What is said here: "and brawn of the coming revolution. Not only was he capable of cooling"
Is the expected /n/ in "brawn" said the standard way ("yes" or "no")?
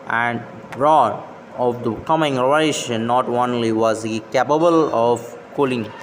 no